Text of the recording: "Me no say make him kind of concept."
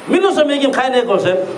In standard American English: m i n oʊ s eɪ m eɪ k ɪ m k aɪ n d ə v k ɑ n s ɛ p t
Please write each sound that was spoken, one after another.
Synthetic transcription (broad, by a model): m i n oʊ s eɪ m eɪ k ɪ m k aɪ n ə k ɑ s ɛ